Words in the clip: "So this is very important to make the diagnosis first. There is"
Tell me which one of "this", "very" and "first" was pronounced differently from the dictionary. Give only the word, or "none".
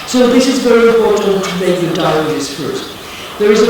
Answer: first